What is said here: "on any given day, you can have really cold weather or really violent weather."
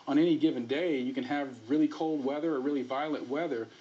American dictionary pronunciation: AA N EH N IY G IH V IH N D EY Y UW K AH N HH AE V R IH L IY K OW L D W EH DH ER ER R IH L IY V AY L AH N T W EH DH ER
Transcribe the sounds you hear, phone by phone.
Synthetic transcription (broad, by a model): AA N EH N IY G IH V IH N D EY Y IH K AH N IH V R IH L IY K OW L D W EH DH ER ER R IH L IY V AY L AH T W EH DH ER